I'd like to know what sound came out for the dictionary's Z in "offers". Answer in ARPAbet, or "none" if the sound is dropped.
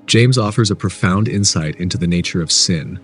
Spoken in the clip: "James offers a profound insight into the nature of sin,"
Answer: Z